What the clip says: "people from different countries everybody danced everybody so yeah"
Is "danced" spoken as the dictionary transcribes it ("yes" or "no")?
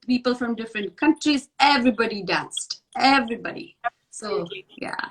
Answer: yes